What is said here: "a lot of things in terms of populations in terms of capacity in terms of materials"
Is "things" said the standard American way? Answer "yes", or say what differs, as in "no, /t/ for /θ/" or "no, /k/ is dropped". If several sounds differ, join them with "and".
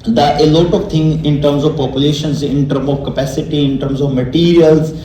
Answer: no, /t/ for /θ/